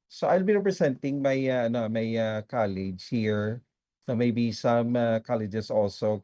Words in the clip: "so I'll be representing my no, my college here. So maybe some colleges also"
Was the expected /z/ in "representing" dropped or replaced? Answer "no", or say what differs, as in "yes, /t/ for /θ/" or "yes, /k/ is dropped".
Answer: yes, /s/ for /z/